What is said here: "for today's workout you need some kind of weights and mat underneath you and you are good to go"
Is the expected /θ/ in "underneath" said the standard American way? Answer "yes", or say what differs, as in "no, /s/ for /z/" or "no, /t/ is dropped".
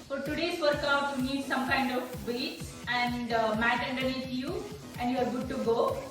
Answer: no, /t/ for /θ/